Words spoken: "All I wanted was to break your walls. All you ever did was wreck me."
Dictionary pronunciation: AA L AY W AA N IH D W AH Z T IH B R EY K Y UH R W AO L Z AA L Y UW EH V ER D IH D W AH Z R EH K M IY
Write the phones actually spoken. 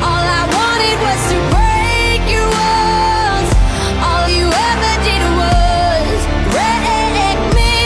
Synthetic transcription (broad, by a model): AA L AY W AA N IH D W AH Z T IH B R EY K Y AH R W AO Z AA L Y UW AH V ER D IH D W AH Z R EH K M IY